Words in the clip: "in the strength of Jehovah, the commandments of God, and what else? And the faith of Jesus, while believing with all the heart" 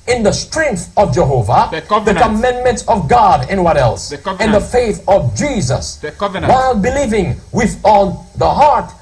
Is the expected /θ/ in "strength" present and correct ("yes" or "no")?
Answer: yes